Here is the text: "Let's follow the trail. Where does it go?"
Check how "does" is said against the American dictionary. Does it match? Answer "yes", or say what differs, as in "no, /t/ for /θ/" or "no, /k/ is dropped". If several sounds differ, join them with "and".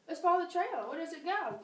yes